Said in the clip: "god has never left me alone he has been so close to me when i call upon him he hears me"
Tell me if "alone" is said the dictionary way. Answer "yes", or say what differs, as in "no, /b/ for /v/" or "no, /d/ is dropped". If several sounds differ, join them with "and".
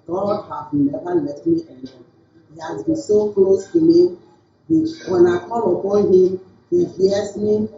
no, /n/ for /l/